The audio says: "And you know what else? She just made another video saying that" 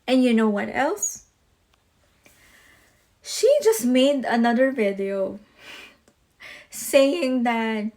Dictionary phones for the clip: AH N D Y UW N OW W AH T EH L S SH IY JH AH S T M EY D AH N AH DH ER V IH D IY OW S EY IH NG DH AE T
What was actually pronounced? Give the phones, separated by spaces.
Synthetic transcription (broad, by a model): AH N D Y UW N OW W AH T EH L S SH IY JH AH S T M EY D AH N AH DH ER V IH D IY OW S EY IH NG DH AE T